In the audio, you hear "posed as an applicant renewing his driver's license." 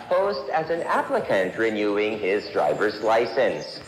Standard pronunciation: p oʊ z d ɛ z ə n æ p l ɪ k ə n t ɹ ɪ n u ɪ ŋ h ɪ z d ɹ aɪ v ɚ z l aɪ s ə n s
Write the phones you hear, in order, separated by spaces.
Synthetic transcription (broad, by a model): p oʊ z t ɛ z ə n æ p l ɪ k ə n t ɹ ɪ n u ɪ ŋ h ɪ z d ɹ aɪ v ɚ z l aɪ s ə n s